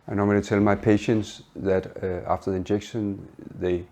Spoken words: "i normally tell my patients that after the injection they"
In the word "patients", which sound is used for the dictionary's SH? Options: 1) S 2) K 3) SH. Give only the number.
3